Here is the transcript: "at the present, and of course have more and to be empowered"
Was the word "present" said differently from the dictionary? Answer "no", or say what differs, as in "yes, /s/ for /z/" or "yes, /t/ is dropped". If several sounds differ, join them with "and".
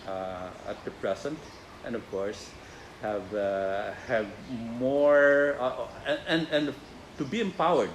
yes, /s/ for /z/